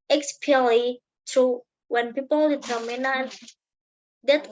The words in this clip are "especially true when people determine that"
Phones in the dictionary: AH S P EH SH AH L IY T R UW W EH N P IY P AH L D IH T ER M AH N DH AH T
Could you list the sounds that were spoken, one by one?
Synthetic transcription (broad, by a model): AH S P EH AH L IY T UW W EH N P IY P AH L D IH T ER M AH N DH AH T